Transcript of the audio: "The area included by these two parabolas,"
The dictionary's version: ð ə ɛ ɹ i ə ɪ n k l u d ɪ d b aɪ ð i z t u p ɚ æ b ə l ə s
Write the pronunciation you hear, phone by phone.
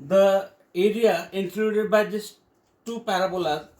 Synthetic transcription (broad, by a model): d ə ɛ ɹ i ə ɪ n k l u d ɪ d b aɪ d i s t u p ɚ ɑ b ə l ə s